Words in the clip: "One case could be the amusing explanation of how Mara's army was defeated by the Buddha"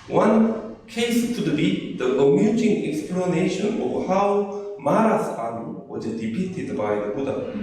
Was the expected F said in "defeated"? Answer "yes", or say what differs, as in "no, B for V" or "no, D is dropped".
no, P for F